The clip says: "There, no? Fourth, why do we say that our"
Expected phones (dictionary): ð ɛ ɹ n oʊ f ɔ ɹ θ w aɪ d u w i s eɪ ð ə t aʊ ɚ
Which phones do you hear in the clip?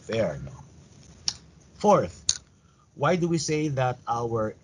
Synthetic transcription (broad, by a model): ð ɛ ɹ n oʊ f ɔ ɹ θ w aɪ d u w i s eɪ ð ə t aʊ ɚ